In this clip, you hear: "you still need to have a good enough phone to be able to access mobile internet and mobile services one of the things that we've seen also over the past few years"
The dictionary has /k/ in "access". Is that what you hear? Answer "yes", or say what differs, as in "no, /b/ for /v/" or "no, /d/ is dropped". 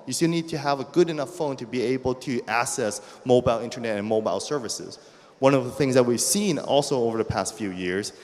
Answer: no, /k/ is dropped